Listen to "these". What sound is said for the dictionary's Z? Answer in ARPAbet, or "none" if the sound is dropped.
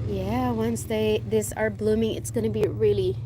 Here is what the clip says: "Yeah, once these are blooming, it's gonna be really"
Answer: S